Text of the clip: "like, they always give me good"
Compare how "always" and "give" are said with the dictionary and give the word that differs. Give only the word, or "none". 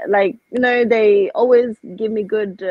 none